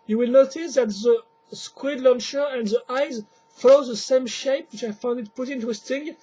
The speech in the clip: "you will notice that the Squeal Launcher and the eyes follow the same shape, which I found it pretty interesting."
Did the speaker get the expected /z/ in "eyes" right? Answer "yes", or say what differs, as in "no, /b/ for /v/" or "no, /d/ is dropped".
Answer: yes